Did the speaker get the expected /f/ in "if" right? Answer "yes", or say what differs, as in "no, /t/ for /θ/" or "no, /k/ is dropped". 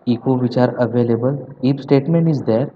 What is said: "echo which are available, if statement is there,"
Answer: no, /p/ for /f/